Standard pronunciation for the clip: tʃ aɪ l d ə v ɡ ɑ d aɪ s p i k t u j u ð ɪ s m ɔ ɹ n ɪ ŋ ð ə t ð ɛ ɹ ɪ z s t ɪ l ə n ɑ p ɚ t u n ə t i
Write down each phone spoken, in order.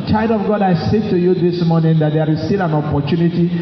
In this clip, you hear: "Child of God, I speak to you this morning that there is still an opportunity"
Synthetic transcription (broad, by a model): tʃ aɪ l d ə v ɡ ɑ d aɪ s ɛ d t u j u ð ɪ s m ɔ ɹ n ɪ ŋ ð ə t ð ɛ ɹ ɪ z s t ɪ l ə n ɑ p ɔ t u n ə t i